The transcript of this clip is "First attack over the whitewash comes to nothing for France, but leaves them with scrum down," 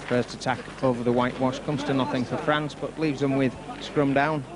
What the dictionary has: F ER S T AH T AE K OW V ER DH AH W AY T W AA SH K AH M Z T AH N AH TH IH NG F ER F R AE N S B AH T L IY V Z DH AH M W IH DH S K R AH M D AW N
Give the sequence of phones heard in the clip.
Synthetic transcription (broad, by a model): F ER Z T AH T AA K OW V ER DH AH W AY T W AA SH K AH M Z T AH N AH TH IH NG F ER F R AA N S B AH T L IY V Z DH AH M W IH DH S K R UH M D AW N